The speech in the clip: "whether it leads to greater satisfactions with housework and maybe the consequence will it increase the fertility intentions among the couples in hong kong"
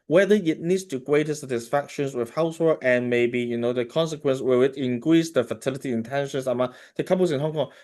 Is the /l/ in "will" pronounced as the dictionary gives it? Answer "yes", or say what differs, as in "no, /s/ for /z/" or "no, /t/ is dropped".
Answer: no, /w/ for /l/